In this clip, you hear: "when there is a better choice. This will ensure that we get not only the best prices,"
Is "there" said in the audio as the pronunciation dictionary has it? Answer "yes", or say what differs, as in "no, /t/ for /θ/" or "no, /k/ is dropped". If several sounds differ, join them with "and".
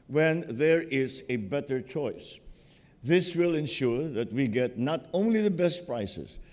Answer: yes